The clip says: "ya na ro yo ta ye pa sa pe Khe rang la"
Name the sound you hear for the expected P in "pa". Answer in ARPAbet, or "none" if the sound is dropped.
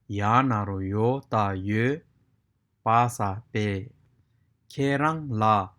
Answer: P